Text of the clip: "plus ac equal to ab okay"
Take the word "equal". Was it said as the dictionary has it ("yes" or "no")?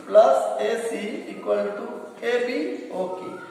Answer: no